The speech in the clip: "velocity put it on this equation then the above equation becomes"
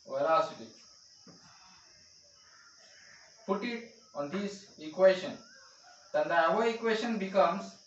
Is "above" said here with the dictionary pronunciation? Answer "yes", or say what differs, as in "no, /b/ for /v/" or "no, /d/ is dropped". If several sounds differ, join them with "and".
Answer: no, /v/ is dropped